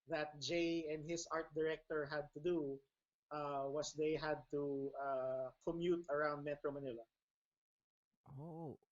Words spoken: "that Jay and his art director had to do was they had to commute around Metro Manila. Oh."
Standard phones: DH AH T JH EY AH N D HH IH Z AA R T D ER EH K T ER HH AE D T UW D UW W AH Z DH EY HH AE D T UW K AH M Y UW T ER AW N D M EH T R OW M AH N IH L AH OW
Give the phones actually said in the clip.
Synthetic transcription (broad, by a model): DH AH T JH EY AH N D HH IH S AA R T D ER EH K T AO HH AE D T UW D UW W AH S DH EY HH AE D T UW K AH M Y UW T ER AW N D M EH T R OW M AH N IH L AH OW